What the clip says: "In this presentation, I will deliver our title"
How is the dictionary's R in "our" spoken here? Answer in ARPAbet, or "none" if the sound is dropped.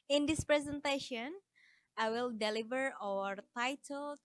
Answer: R